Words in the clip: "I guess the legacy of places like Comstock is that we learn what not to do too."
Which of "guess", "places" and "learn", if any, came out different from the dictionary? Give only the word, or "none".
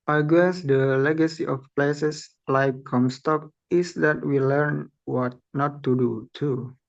places